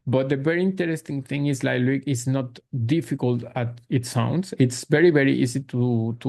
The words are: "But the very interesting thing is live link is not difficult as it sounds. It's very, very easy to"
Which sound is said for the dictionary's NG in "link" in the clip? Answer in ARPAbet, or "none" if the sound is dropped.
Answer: none